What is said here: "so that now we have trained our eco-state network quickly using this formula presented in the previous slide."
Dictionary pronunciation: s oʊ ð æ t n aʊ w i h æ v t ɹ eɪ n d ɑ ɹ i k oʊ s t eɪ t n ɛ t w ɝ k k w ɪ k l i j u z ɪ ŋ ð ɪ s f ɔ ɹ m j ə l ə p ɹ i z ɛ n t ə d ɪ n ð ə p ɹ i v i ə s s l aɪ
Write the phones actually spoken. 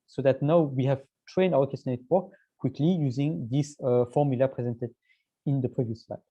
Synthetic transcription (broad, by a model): s oʊ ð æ t n aʊ w i h æ v t ɹ eɪ n d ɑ w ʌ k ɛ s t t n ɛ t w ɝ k k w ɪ k l i j u z ɪ ŋ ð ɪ s f ɔ ɹ m j ə l ə p ɹ i z ɛ n t ə d ɪ n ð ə p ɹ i v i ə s s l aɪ